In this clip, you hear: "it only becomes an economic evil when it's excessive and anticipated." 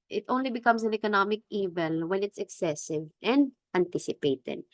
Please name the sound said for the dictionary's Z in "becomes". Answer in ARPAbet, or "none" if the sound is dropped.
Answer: S